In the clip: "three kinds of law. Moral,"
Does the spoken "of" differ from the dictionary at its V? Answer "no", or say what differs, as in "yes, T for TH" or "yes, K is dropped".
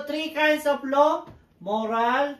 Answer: yes, P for V